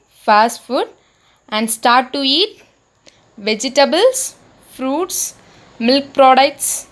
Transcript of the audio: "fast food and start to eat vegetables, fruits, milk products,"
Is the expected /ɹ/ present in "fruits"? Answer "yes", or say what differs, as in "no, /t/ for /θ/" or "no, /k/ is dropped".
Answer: yes